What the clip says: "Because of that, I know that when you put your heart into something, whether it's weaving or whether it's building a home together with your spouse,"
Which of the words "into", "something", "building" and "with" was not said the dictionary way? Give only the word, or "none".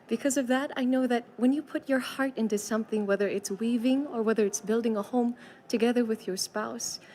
none